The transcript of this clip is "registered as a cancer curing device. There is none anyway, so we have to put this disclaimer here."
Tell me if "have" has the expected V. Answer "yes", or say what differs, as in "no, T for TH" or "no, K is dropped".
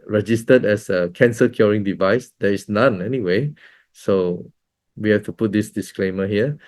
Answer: no, F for V